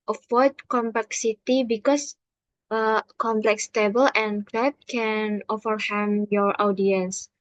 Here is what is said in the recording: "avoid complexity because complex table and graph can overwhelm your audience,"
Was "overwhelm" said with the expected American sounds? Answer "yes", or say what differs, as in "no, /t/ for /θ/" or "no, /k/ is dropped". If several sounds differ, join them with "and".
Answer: no, /l/ is dropped